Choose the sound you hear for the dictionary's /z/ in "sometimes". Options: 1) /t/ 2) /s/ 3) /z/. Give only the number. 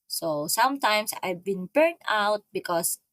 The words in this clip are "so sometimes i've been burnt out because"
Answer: 2